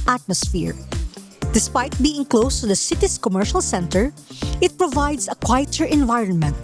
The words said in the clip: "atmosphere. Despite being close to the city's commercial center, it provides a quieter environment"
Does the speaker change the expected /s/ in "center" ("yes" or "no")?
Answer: no